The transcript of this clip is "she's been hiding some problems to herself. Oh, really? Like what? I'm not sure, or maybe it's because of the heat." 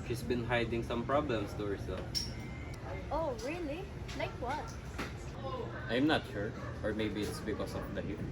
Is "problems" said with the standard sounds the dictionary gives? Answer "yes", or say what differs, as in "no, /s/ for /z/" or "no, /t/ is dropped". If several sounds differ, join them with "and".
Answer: no, /s/ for /z/